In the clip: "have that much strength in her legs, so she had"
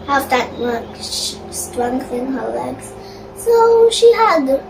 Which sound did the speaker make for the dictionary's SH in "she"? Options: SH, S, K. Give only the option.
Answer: SH